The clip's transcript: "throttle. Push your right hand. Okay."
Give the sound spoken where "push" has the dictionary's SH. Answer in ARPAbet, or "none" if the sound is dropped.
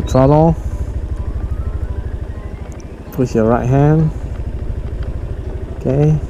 S